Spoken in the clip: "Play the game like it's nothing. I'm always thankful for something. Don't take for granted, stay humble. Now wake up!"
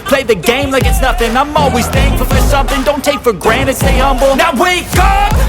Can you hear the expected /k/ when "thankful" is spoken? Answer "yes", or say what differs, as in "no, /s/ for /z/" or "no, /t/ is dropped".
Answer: no, /k/ is dropped